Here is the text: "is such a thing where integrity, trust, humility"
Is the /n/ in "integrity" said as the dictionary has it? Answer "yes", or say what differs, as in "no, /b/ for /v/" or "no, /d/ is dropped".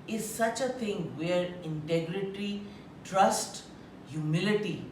yes